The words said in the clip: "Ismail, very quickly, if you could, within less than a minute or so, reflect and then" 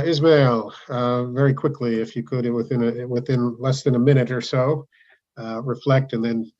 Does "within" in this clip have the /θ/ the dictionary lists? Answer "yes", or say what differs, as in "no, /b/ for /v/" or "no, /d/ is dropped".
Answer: yes